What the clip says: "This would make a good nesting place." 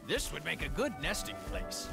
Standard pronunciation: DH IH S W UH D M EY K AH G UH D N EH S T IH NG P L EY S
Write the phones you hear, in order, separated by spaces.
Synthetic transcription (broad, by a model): DH IH S W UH D M EY K AH G UH D N EH S T IH NG P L EY S